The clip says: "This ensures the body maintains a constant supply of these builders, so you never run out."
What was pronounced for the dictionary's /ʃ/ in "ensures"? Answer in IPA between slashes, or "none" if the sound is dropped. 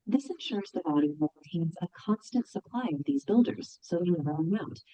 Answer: /ʃ/